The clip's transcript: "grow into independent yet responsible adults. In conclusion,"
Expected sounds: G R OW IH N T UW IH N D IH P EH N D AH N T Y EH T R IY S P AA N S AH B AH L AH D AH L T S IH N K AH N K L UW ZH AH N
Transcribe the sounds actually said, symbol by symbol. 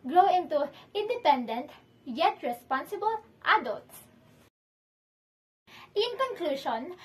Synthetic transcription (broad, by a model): G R OW IH N T UW IH N D IH P EH N D AH N T Y EH T R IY S P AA N S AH B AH L AH D AH L T S IH N K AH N K L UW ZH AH N